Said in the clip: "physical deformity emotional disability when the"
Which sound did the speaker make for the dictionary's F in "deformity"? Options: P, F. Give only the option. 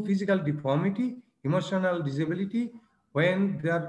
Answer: P